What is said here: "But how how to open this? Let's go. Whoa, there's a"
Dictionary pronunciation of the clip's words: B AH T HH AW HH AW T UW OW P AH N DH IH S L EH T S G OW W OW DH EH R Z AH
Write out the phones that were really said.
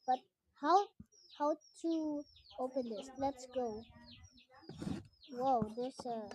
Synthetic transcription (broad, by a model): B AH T HH AW HH AW T UW OW P AH N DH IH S L EH T S G OW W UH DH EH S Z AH